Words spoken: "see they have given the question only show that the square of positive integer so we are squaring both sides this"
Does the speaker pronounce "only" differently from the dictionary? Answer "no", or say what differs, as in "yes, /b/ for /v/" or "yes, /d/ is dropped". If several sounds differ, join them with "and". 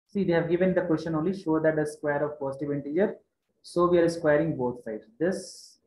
no